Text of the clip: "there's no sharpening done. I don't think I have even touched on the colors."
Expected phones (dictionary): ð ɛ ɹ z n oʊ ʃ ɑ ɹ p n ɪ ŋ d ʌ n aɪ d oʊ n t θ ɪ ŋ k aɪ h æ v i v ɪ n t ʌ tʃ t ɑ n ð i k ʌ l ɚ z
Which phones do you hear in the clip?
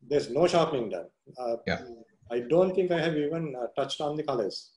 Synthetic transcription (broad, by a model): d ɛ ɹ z n oʊ ʃ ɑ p ɪ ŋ d ʌ n aɪ d oʊ n t t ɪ ŋ k aɪ h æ v i v ɪ n t ʌ tʃ t ɑ n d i k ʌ l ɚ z